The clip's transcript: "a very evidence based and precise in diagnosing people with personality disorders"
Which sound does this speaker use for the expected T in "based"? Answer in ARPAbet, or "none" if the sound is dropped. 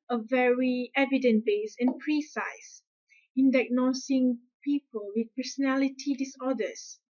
none